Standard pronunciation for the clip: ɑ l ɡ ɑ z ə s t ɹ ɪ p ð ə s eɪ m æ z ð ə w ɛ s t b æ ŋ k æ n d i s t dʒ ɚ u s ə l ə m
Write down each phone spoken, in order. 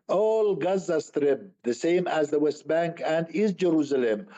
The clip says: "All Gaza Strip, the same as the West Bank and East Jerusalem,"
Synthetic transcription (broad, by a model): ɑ l ɡ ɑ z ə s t ɹ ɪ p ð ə s eɪ m æ z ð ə w ɛ s t b æ ŋ k æ n d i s dʒ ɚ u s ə l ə m